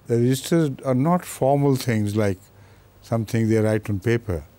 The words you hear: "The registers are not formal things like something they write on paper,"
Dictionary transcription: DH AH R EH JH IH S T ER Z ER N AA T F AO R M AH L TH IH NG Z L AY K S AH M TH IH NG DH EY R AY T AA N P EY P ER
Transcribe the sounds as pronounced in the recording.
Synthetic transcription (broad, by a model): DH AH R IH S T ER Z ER N AA T F AO R M AH L T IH NG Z L AY K S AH M T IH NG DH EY R AY T AA N P EY P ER